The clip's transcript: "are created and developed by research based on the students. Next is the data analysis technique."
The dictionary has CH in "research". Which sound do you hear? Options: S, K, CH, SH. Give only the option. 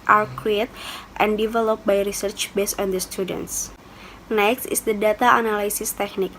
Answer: CH